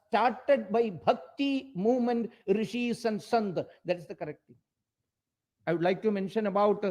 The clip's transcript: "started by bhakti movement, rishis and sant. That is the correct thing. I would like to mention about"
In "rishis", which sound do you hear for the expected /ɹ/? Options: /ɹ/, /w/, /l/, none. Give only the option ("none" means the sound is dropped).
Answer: /ɹ/